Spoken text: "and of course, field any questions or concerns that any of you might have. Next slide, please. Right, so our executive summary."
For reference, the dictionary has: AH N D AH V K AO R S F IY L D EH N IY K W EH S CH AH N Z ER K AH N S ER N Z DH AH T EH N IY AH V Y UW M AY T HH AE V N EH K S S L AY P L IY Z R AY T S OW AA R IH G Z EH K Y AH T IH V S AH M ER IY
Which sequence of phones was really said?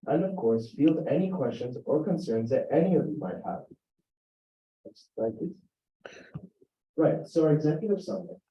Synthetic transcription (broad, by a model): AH N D AH V K AO R S F IY L D EH N IY K W EH S CH AH N Z ER K AH N S ER N Z DH AH T EH N IY AH V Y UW M AY T HH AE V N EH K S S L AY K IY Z R AY T S OW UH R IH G Z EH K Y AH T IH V S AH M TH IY